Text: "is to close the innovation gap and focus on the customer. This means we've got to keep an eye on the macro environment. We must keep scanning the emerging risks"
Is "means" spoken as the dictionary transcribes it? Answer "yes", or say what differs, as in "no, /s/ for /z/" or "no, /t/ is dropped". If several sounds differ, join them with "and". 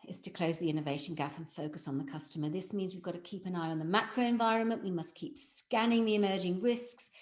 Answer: yes